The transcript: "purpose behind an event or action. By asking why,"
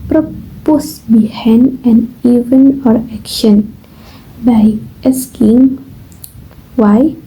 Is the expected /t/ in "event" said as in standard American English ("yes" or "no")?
no